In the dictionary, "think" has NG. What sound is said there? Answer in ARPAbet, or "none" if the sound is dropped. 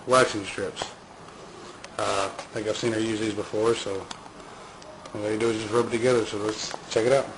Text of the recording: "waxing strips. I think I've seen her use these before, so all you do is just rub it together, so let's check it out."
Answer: none